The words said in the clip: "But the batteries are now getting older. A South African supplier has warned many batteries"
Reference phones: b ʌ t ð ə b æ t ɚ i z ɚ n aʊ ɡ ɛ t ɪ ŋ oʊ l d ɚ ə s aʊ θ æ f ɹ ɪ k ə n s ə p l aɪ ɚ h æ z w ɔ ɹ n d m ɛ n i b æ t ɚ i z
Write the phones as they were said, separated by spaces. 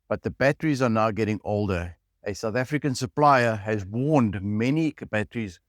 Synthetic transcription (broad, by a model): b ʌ t ð ə b æ t ɚ i z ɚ n aʊ ɡ ɛ t ɪ ŋ oʊ l d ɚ ə s aʊ θ æ f ɹ ɪ k ə n s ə p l aɪ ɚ h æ z w ɔ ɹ n d m ɛ n i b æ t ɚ i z